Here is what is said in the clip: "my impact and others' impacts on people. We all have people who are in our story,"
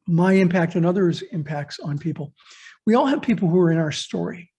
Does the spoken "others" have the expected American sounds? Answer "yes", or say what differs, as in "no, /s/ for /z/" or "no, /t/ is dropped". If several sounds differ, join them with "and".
yes